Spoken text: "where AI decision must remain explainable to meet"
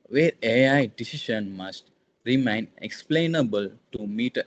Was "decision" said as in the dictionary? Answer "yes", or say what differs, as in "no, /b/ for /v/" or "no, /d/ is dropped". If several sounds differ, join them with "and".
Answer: no, /ʃ/ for /ʒ/